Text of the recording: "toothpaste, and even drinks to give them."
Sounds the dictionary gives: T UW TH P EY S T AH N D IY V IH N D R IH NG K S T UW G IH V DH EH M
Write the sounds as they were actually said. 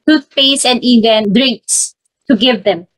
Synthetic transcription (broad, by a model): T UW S P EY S AH N D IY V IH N D R IH NG K S T UW G IH V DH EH M